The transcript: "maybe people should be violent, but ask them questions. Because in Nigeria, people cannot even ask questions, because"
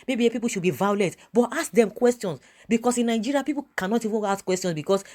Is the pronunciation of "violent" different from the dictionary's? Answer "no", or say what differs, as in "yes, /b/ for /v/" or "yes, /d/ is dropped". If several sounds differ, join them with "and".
yes, /n/ is dropped